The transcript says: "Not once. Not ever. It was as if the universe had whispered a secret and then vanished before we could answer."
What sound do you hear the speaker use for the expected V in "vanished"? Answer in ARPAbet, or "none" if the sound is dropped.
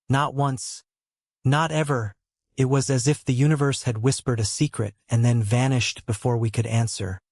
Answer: V